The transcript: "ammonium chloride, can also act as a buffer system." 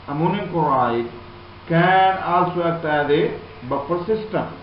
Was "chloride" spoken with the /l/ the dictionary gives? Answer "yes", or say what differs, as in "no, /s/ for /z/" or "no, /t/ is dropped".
no, /l/ is dropped